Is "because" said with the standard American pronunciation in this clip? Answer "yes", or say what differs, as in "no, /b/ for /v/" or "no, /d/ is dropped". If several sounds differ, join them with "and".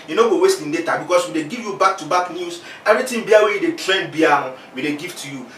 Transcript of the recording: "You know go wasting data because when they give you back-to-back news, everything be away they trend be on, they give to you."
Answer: no, /s/ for /z/